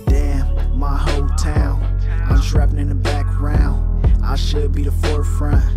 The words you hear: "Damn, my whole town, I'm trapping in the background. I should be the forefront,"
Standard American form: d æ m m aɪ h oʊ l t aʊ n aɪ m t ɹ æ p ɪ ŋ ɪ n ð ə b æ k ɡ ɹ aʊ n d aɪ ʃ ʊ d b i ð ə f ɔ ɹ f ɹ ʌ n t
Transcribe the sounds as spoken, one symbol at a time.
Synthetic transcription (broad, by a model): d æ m m aɪ h oʊ l t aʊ l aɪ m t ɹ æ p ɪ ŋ ɪ n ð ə b æ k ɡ ɹ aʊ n aɪ ʃ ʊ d b i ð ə f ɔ ɹ f ɹ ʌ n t